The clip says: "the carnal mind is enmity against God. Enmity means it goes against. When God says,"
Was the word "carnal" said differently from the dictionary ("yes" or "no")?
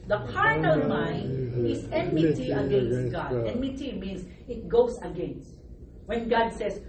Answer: yes